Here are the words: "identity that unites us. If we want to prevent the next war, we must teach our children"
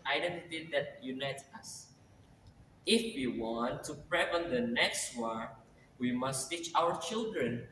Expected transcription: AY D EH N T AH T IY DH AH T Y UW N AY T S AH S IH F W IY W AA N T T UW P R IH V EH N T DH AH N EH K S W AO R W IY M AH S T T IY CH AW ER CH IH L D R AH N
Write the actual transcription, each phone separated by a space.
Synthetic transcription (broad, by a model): AY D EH N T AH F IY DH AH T Y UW N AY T AH S IH F W IY W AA N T T UW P R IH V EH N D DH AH N EH K S W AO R W IY M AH S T T IY CH AW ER CH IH L D R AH N